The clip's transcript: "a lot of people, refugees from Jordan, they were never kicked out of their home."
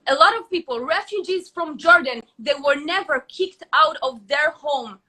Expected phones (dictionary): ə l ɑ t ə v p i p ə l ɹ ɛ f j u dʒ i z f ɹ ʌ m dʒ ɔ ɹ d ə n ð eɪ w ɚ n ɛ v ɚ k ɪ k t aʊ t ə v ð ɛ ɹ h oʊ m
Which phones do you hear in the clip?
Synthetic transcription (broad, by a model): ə l ɑ t ə v p i p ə l ɹ ɛ f j u dʒ i z f ɹ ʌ m dʒ ɔ ɹ d ə n ð eɪ w ɚ n ɛ v ɚ k ɪ k t aʊ t ə v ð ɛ ɹ h oʊ m